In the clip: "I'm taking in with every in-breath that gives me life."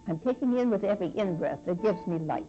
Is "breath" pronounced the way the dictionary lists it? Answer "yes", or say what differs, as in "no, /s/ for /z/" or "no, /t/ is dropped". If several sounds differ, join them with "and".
no, /s/ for /θ/